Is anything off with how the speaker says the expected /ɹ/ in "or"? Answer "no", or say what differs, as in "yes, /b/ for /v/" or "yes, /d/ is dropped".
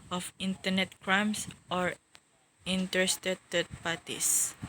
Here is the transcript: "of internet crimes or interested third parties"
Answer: no